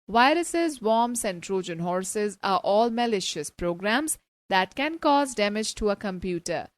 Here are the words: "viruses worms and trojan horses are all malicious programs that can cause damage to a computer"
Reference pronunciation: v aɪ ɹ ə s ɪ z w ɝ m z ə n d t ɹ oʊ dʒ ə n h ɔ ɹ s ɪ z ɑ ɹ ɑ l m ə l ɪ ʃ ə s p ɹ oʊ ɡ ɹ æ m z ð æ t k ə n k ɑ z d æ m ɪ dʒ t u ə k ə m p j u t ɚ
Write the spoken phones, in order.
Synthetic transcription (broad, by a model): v aɪ ɹ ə s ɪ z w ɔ m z ə n d t ɹ oʊ dʒ ə n h ɔ ɹ s ɪ z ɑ ɹ ɑ l m ə l ɪ ʃ ə s p ɹ oʊ ɡ ɹ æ m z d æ t k ə n k ɑ z d æ m ɪ dʒ t u ə k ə m p j u t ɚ